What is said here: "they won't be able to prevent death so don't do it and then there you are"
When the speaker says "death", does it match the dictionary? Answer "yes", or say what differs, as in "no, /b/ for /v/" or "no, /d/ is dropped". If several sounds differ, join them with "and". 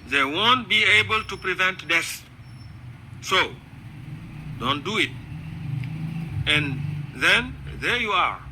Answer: no, /s/ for /θ/